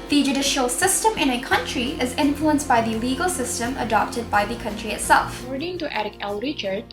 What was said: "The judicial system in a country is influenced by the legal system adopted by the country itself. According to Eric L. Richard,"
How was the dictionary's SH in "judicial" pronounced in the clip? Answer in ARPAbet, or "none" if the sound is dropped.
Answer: SH